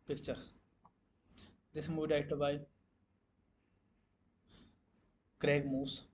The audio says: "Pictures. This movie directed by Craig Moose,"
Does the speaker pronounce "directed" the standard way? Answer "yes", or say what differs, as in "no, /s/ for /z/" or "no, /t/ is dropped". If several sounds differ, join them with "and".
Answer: no, /k/ is dropped